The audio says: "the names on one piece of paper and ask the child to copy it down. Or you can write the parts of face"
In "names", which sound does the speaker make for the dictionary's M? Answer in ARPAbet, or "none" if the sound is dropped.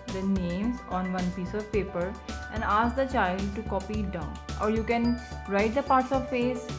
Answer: M